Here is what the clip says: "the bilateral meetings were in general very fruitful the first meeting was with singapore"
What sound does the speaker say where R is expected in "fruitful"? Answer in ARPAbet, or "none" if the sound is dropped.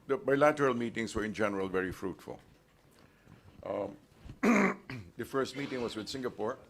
R